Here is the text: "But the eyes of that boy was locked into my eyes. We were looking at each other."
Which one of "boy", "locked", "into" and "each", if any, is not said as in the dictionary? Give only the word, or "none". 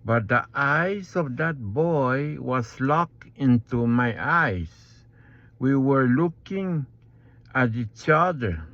locked